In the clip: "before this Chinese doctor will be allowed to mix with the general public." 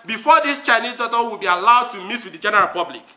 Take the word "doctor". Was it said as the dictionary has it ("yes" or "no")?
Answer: no